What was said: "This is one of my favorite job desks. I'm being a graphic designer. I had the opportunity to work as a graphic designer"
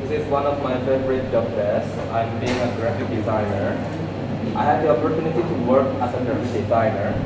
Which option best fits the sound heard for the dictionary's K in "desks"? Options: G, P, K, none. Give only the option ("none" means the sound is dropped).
none